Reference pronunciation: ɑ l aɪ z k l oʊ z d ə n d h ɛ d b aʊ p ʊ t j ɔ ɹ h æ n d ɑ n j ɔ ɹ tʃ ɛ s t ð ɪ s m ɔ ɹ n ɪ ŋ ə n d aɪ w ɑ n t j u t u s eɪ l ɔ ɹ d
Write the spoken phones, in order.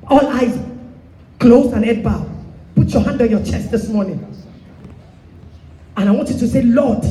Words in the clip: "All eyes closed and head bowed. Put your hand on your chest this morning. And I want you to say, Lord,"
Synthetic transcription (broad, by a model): ɑ l aɪ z k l oʊ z ə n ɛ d b aʊ p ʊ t j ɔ h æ n d ɑ n j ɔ tʃ ɛ s t ð ɪ s m ɔ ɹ n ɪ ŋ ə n aɪ w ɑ n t j u t u s eɪ l ɔ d